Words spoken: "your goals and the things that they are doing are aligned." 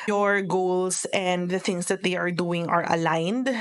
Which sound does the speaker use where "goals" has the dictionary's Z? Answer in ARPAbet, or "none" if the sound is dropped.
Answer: S